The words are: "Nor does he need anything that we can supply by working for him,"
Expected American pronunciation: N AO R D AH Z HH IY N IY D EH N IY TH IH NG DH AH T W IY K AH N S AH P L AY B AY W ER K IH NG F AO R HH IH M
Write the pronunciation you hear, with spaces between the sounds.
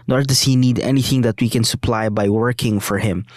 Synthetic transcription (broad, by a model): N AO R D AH S HH IY N IY D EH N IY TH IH NG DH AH T W IY K AH N S AH P L AY B AY W ER K IH NG F AO R HH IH M